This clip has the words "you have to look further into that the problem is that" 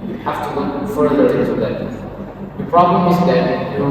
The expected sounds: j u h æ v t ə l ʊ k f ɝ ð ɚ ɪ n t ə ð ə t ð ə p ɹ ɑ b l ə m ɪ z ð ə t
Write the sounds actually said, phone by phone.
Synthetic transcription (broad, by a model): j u h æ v t ə w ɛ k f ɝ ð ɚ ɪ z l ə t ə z ð ə p ɹ ɑ b l ə m ɪ z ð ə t